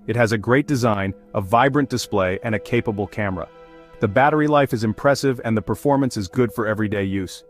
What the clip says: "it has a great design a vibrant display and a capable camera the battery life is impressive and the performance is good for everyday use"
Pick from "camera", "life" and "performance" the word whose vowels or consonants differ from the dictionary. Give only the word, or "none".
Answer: none